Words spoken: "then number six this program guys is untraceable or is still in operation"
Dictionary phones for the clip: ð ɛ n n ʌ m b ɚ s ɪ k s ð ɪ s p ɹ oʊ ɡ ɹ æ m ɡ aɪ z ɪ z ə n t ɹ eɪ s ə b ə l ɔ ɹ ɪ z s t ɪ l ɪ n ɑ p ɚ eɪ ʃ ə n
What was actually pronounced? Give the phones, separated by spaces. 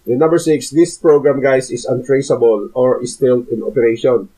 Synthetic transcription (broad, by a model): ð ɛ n n ʌ m b ɚ s ɪ k s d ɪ s p ɹ oʊ ɡ ɹ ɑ m ɡ aɪ s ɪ s ə n t ɹ eɪ s ə b ə l ɔ ɹ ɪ s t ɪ l ɪ n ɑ p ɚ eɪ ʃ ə n